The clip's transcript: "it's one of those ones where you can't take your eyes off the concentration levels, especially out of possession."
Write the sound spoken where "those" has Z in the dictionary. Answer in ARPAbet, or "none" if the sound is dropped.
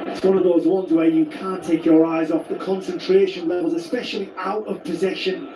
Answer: Z